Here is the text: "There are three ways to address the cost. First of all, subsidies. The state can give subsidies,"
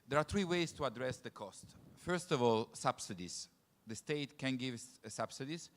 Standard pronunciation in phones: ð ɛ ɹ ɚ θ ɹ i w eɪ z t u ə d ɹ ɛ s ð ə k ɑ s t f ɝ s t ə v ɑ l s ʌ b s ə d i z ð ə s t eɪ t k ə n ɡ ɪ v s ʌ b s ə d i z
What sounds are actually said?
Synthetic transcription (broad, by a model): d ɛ ɹ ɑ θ ɹ i w eɪ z t u ə d ɹ ɛ s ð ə k ɑ s t f ɝ s t ə v ɑ l s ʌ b s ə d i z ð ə s t eɪ t k ə n ɡ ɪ v s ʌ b s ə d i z